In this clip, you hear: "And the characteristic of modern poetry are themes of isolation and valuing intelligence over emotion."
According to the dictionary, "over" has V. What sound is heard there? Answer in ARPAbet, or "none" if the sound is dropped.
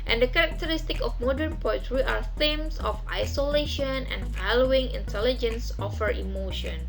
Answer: F